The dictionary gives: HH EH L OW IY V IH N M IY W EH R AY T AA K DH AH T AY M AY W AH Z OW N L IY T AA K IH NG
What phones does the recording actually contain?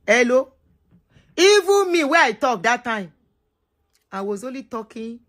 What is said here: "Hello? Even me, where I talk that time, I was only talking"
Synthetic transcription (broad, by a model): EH L OW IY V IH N M IY W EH AY T AA K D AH T AY M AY W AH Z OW L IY T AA K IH